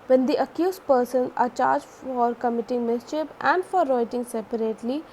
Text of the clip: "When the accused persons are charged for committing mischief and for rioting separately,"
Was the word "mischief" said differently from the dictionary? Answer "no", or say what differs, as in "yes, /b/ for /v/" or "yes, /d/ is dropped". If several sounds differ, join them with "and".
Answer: yes, /p/ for /f/